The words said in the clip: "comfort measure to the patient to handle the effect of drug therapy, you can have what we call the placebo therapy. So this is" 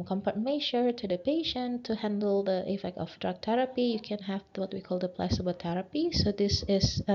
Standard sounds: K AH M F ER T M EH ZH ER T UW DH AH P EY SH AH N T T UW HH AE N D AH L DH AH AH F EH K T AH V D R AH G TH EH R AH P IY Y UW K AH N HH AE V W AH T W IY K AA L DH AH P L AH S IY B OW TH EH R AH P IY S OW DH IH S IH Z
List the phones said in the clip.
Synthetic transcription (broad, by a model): K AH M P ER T M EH SH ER T UW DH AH P EY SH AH N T T UW HH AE N D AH L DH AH AH F EH K T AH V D R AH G T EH R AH P IY Y UW K AH N HH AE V W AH T W IY K AA L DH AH P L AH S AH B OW T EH R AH P IY S OW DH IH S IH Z